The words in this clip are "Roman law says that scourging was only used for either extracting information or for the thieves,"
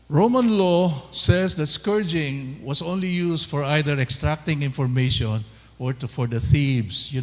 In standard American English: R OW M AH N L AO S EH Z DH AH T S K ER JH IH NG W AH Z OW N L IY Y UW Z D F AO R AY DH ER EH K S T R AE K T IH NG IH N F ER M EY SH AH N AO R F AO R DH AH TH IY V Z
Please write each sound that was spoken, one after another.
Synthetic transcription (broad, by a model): R OW M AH N L AO S EH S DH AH T S K ER JH IH NG W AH S OW N L IY Y UW S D F AO R AY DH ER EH K S T R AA K T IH NG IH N F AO M EY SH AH N AO R F AO R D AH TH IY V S